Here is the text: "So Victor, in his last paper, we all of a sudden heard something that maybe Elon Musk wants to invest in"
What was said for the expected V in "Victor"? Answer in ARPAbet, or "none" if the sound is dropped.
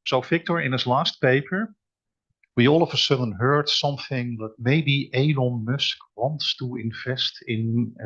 F